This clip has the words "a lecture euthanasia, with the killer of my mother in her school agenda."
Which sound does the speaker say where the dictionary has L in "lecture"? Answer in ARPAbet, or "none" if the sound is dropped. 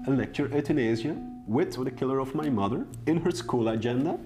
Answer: L